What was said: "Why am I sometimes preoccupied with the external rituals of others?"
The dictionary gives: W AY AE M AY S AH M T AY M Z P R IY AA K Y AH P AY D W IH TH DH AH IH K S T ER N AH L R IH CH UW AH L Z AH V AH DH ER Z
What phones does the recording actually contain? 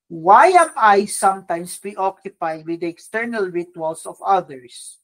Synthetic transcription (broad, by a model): W AY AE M AY S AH M T AY M S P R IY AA K Y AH P AY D W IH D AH K S T ER N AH L R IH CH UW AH L S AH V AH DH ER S